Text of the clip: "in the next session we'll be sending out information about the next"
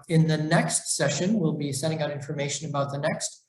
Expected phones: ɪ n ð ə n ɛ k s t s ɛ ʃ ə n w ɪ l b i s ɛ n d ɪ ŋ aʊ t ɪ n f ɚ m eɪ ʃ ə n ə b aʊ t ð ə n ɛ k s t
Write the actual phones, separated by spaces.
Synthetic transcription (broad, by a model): ɪ n ð ə n ɛ k s t s ɛ ʃ ə n w ɪ l b i s ɛ d ɪ ŋ aʊ t ɪ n f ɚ m eɪ ʃ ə n ə b aʊ t ð ə n ɛ k s t